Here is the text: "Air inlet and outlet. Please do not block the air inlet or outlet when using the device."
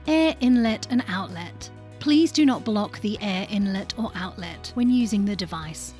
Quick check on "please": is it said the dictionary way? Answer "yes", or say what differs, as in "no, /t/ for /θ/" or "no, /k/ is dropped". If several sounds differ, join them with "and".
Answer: yes